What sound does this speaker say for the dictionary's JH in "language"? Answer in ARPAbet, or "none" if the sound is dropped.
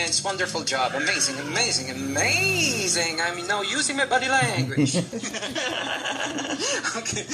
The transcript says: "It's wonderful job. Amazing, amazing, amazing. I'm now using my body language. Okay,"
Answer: none